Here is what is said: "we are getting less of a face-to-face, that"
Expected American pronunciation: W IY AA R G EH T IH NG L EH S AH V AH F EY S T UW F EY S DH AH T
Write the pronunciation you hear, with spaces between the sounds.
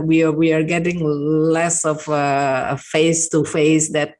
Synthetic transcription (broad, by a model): W IY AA W G EH T IH NG L EH S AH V AH F EY S T UW F EY S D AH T